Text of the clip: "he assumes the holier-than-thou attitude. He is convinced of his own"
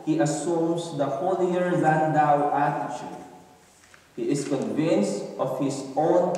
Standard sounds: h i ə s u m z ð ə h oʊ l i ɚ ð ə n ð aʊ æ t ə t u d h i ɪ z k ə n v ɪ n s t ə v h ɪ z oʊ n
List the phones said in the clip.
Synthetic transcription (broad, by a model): h i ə s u m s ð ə h oʊ l i ɚ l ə n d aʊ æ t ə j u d h i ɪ s k ə n v ɪ n s t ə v h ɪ s oʊ n